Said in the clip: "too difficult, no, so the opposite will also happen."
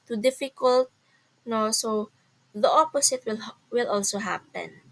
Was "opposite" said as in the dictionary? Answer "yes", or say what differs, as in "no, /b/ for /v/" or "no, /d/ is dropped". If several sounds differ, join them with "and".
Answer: no, /s/ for /z/